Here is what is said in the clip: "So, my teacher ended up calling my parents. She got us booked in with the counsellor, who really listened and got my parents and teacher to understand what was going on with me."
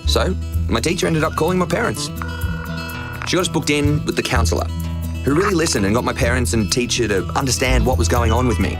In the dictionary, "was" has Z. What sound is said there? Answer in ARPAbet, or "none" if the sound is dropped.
Z